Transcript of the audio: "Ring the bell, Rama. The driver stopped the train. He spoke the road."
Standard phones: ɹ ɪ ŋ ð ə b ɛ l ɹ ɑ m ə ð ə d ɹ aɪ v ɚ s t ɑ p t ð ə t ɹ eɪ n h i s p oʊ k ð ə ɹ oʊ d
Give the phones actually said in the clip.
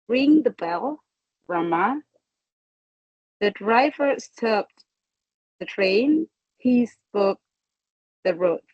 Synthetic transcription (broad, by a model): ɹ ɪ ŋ ð ə b ɛ l ɹ ɑ m ə ð ə d ɹ aɪ v ɚ s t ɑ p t ð ə t ɹ eɪ n h i s p oʊ k ð ə ɹ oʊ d